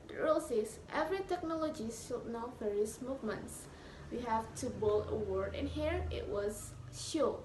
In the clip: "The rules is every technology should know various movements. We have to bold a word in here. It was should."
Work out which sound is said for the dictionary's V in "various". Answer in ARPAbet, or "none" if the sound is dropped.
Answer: F